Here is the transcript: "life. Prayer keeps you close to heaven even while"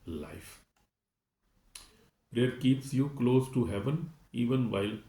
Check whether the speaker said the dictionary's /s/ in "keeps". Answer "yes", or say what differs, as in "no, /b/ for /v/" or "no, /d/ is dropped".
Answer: yes